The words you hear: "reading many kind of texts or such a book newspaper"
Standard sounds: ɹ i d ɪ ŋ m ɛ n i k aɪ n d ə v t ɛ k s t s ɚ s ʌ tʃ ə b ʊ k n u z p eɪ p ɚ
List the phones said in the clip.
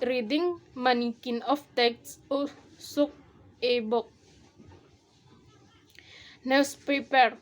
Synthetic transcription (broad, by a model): ɹ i d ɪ ŋ m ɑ n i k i n ə f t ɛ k t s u s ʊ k ə b ʊ k n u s p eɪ p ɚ